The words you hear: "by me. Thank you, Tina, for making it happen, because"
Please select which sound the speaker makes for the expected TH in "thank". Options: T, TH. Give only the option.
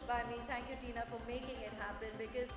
T